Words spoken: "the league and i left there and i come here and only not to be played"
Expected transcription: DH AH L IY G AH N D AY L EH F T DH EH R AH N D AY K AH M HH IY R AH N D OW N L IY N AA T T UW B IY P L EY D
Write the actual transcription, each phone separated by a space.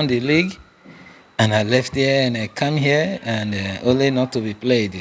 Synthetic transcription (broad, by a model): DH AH L IY G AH N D AY L EH F T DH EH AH N AY K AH M HH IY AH AH N D OW N L IY N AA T T UW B IY P L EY D